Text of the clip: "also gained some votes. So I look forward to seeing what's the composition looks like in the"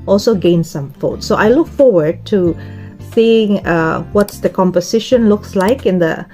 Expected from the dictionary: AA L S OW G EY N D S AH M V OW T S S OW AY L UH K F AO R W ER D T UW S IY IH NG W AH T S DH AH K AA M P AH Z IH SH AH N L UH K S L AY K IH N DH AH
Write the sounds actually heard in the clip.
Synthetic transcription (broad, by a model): AA L S OW G EY N S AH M F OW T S S OW AY L UH K F AO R W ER D T UW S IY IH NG W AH T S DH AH K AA M P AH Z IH SH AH N L UH K S L AY K IH N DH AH